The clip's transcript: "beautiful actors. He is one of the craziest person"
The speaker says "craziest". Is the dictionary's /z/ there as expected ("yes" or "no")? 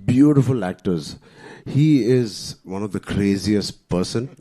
yes